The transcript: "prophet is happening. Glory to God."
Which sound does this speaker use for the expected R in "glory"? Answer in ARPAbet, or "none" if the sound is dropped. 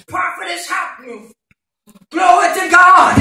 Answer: W